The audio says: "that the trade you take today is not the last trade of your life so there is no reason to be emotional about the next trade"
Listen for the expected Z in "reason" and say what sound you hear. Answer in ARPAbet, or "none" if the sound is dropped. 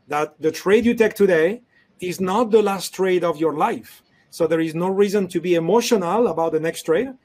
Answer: Z